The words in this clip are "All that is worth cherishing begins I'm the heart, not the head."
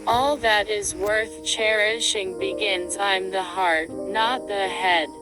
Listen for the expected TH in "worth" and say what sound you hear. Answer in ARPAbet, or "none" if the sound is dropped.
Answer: TH